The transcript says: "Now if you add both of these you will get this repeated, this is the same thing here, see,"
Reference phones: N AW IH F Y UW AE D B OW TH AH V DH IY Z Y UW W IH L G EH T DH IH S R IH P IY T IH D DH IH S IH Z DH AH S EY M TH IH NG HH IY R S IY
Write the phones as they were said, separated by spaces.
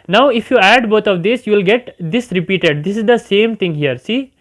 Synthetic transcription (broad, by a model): N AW IH F Y UW AE D B OW T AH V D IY S Y UW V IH L G EH T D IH S R IH P IY T IH D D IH S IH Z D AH S EY M T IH NG HH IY R S IY